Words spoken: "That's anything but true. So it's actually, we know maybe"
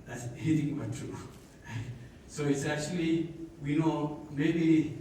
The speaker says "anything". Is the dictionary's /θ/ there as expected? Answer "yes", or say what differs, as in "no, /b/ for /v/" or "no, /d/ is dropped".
no, /t/ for /θ/